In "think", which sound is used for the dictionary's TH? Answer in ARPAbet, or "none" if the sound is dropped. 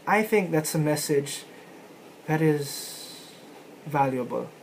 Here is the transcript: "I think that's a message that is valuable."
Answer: TH